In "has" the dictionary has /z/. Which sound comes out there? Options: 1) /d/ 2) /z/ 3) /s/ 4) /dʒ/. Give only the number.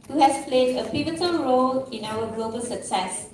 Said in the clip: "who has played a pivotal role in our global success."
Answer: 3